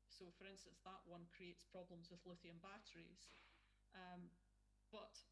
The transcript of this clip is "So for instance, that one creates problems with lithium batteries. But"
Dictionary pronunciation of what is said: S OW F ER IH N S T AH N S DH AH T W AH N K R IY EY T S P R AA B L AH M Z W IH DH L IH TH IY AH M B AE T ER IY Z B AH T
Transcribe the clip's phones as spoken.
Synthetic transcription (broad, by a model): S OW F ER IH N S T AH N S DH AH T W AH N K R IY EY T S P R AA B L AH M Z W IH DH L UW TH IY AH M B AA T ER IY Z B AH T